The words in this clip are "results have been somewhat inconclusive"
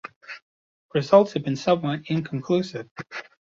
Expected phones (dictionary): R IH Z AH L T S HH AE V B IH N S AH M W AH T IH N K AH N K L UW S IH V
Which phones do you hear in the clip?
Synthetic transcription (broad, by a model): R IH Z AH L T S HH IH V B IH N S AH M W AH T IH N K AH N K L UW S IH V